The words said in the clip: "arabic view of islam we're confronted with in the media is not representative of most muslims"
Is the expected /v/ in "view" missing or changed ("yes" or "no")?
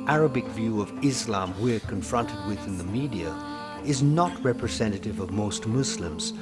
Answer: no